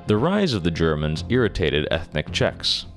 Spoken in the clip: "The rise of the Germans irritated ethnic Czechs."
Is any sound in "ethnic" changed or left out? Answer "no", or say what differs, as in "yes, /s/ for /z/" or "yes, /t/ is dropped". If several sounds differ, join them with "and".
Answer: no